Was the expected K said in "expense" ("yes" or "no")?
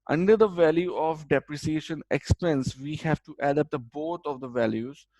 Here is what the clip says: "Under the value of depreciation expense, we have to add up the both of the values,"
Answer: yes